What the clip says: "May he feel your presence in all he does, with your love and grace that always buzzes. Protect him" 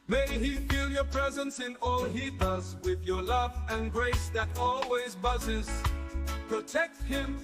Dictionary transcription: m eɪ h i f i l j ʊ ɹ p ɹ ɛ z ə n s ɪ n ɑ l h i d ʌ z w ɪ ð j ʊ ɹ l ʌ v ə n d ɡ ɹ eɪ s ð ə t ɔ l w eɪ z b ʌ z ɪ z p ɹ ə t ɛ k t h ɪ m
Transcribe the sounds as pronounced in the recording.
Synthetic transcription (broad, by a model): m eɪ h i f i l j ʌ ɹ p ɹ ɛ z ə n s ɪ n ɑ l h i d ʌ z w ɪ ð j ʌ ɹ l ʌ v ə n ɡ ɹ eɪ s ð ə t ɔ l w eɪ z b ʌ z ɪ z p ɹ ə t ɛ k t h ɪ m